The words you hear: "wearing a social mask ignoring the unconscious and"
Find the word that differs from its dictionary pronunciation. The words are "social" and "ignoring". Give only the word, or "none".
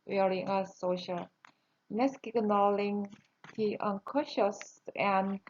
ignoring